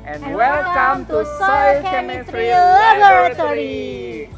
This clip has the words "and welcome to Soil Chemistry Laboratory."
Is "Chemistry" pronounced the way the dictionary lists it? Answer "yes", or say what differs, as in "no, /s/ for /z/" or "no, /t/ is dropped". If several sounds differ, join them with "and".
no, /s/ is dropped